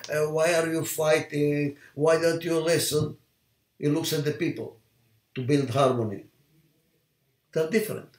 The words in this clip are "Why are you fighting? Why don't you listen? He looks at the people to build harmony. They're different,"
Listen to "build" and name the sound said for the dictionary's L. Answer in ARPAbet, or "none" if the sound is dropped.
L